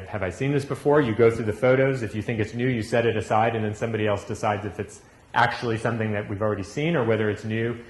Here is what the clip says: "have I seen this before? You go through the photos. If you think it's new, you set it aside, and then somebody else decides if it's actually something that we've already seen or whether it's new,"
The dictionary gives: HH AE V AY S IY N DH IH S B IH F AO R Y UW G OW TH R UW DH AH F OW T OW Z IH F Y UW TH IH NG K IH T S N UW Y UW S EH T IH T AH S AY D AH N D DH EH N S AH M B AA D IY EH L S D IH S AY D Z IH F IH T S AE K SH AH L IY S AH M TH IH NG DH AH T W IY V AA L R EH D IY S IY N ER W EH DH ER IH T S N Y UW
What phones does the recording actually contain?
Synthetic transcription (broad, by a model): HH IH V AY S IY N DH IH S B IH F AO R Y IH G OW TH R UW DH AH F OW T OW Z IH F Y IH TH IH NG K IH T S N UW Y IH S EH T IH T AH S AY D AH N DH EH N S AH M B AA D IY EH L S D IH S AY D Z IH F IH T S AE K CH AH L IY S AH M TH IH NG DH AH T W IY V L R EH D IY S IY N ER W EH DH ER IH T S N Y UW